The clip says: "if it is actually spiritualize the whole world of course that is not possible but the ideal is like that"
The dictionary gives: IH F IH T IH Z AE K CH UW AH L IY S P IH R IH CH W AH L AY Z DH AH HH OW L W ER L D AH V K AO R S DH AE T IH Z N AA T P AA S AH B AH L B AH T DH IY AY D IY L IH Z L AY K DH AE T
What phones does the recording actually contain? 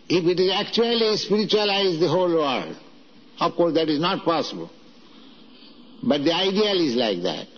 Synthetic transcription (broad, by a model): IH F IH T IH Z AE K CH UW AH L IY S P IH R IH CH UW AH L AY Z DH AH HH OW L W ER D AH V K AO R S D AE T IH Z N AA T P AA S AH B AH L B AH T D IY AY D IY L IH Z L AY K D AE T